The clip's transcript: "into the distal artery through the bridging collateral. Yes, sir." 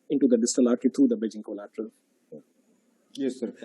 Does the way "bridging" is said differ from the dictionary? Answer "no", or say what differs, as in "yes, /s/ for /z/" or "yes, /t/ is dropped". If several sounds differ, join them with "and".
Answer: yes, /ɹ/ is dropped